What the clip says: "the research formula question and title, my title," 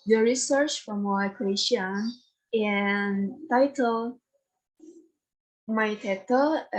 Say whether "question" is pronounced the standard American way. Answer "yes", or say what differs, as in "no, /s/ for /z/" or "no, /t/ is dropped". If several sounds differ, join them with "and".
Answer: no, /ʃ/ is dropped